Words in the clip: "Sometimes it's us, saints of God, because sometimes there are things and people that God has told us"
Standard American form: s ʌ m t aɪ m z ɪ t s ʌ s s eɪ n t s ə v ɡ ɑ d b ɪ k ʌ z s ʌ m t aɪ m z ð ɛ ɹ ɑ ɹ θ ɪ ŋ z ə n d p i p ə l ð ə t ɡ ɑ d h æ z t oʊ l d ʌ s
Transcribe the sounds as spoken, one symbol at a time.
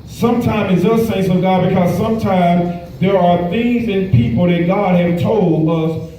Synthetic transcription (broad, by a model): s ʌ m t aɪ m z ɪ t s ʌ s s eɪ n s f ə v ɡ ɑ d b ɪ k ʌ z s ʌ m t aɪ m z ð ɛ ɹ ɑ ɹ θ ɪ ŋ z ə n p i p l ð ə t ɡ ɑ d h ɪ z t oʊ l d ʌ s